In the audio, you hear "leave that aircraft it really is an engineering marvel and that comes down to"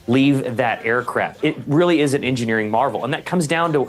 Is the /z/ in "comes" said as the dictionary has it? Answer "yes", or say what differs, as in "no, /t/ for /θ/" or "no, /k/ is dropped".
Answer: yes